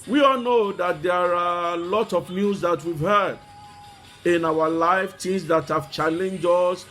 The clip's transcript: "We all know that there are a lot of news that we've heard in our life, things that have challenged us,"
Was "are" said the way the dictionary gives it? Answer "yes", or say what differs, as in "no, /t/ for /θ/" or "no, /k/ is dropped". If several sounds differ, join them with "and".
yes